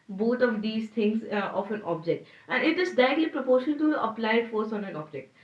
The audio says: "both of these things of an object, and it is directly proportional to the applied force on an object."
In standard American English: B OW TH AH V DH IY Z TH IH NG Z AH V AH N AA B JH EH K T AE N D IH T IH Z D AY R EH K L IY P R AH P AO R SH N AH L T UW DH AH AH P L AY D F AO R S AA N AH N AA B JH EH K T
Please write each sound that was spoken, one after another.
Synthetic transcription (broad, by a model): B OW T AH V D IY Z T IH NG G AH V AH N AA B JH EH K T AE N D IH T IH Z D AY EH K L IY P R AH P AO R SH AH N T UW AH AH P L AY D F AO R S AA N AH N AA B JH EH K T